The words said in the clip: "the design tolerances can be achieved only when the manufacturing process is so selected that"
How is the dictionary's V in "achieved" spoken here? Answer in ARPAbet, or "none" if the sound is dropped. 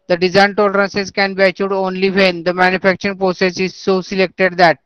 none